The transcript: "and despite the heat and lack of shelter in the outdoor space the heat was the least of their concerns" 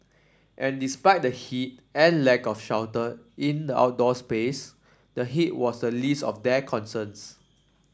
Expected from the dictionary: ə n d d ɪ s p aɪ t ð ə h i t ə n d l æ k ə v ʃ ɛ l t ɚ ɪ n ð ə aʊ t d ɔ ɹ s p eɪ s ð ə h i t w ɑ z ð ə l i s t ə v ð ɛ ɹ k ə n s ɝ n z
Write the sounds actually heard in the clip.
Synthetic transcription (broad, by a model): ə n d d ɪ s p aɪ t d ə h i t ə n l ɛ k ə f ʃ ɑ w t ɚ ɪ n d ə aʊ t d ɔ s p eɪ s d ə h i t w ɑ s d ə l i s t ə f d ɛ k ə n s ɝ n s